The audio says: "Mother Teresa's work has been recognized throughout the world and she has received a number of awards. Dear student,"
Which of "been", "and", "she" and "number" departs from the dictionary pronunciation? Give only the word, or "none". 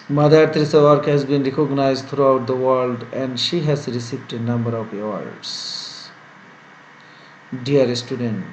none